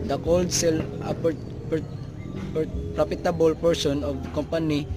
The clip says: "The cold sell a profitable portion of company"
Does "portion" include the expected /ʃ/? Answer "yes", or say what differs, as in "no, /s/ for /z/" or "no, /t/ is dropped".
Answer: no, /s/ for /ʃ/